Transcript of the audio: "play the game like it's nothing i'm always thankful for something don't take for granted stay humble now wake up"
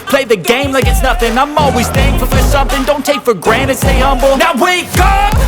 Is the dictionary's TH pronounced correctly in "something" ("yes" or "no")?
yes